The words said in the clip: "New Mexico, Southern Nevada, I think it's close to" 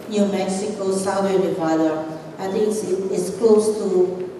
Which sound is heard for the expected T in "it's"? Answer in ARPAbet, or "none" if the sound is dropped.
S